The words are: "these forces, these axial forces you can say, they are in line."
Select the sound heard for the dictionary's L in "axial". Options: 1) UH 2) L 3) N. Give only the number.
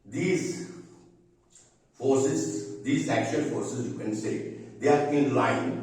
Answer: 3